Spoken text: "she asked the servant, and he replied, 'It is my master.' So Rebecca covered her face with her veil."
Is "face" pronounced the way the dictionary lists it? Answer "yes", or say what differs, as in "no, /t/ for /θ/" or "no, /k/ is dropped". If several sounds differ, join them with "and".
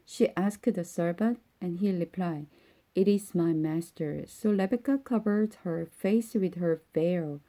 yes